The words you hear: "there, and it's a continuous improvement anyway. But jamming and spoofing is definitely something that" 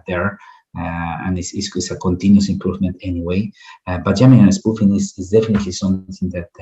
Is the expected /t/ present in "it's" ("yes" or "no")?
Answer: no